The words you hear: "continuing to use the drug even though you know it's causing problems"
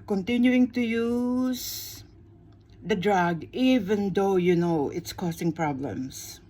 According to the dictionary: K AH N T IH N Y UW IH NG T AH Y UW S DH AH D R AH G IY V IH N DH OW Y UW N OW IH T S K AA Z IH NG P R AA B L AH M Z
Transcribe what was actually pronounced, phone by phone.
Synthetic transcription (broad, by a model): K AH N T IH N Y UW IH NG T AH Y UW S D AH D R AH G IY V IH N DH OW Y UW N OW IH T S K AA S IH NG P R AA B L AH M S